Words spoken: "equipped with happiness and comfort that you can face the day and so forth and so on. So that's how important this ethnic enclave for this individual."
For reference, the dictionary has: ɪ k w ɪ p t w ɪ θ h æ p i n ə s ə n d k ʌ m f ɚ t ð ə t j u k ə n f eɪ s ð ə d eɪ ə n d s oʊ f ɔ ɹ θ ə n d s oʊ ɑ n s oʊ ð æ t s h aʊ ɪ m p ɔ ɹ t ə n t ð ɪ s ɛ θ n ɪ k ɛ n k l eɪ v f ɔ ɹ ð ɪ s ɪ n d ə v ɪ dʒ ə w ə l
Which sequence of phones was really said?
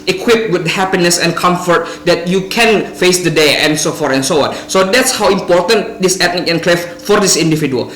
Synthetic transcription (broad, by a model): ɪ k w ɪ p w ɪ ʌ h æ p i n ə s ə n k ʌ m f ɚ t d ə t j u k ə n f eɪ s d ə d eɪ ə n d s oʊ f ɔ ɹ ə n s oʊ ɑ n s oʊ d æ t s h aʊ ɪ m p ɔ ɹ t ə n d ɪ s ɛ t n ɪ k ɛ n k l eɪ f f ɔ ɹ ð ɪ s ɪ n d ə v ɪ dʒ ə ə l